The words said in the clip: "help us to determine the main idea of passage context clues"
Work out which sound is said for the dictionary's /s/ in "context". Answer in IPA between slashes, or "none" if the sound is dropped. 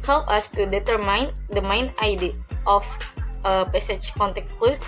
none